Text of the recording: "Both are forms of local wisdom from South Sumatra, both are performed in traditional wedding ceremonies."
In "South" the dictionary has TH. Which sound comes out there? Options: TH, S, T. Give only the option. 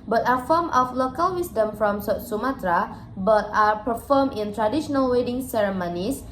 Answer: T